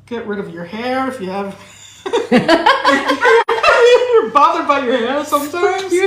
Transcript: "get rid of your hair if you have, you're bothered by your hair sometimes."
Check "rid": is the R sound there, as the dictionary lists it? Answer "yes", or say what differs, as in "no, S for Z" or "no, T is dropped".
yes